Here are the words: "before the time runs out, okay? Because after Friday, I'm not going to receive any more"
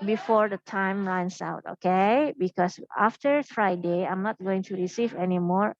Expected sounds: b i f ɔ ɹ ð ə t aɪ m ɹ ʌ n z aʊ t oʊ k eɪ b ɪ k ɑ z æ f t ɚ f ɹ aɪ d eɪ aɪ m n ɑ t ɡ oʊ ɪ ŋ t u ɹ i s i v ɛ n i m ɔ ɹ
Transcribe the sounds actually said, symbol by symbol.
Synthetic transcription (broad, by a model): b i f ɔ ɹ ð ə t aɪ m ɹ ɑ n s aʊ t oʊ k eɪ b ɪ k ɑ s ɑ f t ɚ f ɹ aɪ d eɪ aɪ m n ɑ t ɡ oʊ ɪ ŋ t u ɹ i s i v ɛ n i m ɔ ɹ